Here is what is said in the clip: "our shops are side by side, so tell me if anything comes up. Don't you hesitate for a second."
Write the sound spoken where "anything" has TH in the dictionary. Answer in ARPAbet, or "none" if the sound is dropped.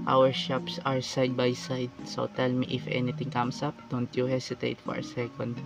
T